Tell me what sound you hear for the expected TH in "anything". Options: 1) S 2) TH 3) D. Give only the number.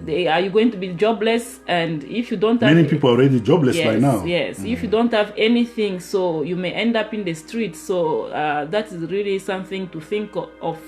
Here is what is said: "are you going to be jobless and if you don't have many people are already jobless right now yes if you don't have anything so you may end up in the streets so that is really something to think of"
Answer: 2